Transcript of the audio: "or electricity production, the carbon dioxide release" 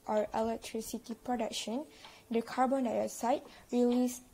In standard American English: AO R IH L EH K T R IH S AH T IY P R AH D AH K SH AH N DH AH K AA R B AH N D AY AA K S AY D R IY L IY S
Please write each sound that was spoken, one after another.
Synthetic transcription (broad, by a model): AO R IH L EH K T R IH S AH T IY P R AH D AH K SH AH N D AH K AA R B AH N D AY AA S AY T R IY L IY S